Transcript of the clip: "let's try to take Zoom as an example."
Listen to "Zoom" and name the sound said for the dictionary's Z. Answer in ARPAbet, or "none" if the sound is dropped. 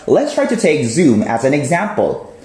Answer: Z